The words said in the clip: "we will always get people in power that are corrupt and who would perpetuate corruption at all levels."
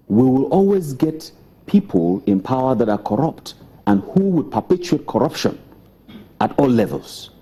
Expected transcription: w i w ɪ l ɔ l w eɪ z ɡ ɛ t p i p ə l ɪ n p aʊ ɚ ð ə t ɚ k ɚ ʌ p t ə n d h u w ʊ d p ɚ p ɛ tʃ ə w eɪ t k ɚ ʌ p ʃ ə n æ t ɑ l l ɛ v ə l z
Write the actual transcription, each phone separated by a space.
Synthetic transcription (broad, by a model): w i w ɪ l ɔ l w eɪ z ɡ ɛ t p i p ə l ɪ n p aʊ ɚ ð ə t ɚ k ɚ ʌ p t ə n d h u w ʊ d p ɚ p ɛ tʃ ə eɪ t k ɚ ʌ p ʃ ə n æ t ɑ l l ɛ v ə l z